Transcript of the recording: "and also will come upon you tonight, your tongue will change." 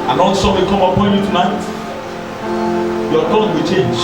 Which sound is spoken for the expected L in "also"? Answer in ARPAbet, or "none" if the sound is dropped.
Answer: N